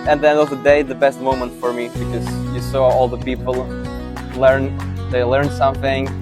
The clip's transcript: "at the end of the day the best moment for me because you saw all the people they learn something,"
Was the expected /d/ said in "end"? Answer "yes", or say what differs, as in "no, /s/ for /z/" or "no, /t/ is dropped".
no, /d/ is dropped